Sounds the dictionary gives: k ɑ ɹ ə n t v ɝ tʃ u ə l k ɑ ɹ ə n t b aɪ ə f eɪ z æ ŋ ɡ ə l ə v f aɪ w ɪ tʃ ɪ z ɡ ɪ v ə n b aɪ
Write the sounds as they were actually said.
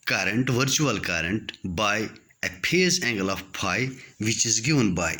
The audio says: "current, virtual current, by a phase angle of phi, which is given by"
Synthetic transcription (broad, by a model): k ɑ ɹ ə n t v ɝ tʃ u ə l k ɑ ɹ ə n t b aɪ ə p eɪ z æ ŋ ɡ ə l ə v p aɪ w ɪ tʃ ɪ z ɡ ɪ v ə n b aɪ